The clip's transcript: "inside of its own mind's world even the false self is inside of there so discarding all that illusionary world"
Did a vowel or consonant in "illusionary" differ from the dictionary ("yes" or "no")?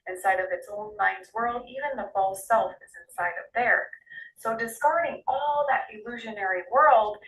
no